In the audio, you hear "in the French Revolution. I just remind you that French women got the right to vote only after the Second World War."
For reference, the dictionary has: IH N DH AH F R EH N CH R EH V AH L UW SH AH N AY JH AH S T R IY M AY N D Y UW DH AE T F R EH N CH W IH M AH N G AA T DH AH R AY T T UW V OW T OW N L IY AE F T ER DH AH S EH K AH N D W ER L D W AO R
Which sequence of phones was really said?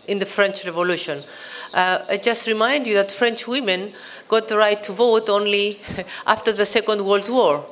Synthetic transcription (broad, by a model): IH N DH AH F R EH N CH R EH V AH L UW SH AH N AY JH AH S T R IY M AY N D Y UW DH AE T F R EH N CH W IH M AH N G AA T DH AH R AY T T UW V OW T OW N L IY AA F T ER DH AH S EH K AH N D W ER L D W AO R